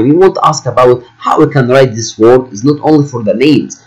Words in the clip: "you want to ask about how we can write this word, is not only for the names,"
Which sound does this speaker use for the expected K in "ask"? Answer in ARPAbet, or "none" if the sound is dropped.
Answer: K